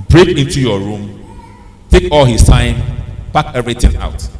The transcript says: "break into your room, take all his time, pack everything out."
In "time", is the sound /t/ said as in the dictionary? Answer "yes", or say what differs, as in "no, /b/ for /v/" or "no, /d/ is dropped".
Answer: no, /s/ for /t/